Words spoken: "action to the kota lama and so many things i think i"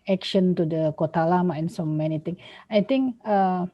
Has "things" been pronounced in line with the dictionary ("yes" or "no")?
no